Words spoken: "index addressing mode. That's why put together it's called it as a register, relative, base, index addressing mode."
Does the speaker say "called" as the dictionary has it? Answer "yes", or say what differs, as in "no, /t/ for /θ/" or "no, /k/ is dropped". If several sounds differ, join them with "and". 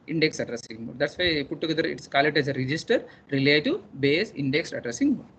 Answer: no, /d/ is dropped